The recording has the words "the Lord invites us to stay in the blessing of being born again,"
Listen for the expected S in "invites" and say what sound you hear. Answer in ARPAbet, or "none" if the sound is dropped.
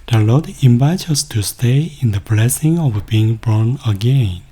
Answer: none